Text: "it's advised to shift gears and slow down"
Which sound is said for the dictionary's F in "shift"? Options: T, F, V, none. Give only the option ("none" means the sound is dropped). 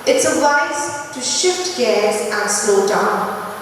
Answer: F